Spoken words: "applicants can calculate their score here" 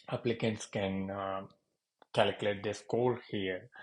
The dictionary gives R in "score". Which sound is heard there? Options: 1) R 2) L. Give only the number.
2